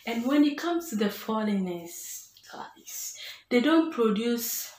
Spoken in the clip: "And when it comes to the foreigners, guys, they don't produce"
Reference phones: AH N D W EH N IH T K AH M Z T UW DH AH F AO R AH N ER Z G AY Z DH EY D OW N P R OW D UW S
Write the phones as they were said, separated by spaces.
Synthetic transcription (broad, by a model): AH N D W EH N IH T K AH M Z T UW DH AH F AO L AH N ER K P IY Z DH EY D OW N P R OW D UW S